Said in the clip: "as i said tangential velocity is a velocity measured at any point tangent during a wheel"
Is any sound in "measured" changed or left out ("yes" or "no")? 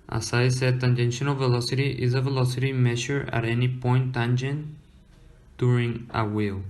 yes